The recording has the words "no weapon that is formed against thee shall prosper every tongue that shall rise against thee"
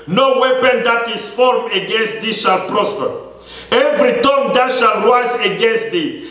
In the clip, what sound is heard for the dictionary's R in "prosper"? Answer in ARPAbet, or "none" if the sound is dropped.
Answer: R